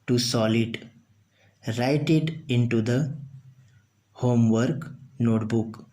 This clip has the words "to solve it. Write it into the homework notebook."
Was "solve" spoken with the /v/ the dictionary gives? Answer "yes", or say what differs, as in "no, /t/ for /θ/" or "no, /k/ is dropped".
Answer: no, /v/ is dropped